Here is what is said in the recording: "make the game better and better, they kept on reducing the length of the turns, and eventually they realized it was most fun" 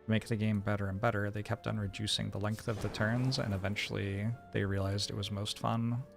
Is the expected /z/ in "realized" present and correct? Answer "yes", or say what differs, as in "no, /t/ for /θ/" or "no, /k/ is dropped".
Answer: yes